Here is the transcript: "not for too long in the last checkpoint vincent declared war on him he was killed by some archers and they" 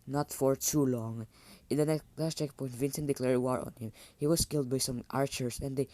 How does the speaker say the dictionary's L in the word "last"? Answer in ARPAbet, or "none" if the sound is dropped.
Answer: N